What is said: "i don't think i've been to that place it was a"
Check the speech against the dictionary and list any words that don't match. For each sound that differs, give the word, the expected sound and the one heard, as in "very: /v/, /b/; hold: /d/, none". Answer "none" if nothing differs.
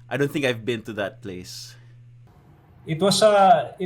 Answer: was: /z/, /s/